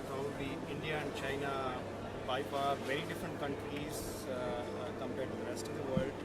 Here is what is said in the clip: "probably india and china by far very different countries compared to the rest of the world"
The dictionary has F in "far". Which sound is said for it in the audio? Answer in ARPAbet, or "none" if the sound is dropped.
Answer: P